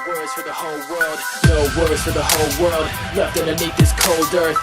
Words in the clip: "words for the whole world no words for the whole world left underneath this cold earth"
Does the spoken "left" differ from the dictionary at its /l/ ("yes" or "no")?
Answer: yes